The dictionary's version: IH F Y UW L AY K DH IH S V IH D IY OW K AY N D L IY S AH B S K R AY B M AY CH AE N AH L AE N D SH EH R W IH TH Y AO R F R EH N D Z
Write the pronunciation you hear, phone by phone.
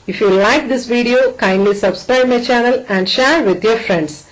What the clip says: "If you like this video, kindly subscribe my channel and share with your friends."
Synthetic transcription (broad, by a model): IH F Y UW L AY K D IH S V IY D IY OW K AY N D L IY S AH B S K R AY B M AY CH AE N AH L AE N D SH EH R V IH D Y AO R F R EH N D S